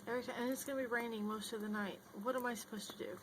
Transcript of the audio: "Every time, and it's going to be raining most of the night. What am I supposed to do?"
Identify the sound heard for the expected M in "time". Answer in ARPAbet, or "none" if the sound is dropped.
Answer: none